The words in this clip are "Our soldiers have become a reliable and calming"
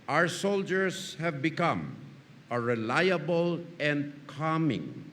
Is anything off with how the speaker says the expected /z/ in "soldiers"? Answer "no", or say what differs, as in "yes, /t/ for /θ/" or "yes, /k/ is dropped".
yes, /s/ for /z/